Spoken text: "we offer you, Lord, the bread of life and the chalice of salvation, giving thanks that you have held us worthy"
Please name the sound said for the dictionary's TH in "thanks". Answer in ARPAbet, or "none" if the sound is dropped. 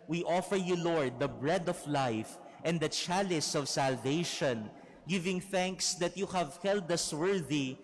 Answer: TH